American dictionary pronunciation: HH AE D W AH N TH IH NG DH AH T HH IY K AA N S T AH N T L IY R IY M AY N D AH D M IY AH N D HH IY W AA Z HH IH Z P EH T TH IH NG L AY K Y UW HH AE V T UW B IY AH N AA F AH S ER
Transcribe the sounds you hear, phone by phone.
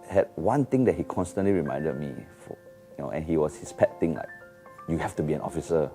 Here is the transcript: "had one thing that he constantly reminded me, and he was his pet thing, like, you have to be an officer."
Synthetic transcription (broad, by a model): HH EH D W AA N T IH NG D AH T HH IY K AA N S T AH N T L IY R IY M AY N D AH D M IY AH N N HH IY W AA S HH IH S P EH T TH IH NG L AY K Y UW HH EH F T UW B IY AH N AA F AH S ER